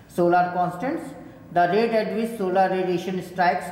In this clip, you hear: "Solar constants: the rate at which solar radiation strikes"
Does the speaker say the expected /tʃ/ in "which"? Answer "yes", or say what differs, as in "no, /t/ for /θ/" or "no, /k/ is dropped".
no, /s/ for /tʃ/